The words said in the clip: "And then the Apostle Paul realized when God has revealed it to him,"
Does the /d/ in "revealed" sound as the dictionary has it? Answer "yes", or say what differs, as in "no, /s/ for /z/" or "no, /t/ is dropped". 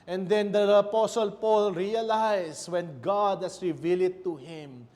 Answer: no, /d/ is dropped